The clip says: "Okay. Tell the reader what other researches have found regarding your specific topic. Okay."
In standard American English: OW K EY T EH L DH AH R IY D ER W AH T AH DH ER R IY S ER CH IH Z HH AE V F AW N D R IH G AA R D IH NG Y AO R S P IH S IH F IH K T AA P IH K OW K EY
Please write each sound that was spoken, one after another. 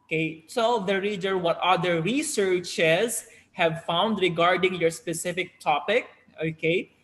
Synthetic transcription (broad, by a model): K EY S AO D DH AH R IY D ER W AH T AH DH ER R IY S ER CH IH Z HH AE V F AW N D R IH G AA R D IH NG Y AO R S P IH S IH F IH K T AA P IH K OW K EY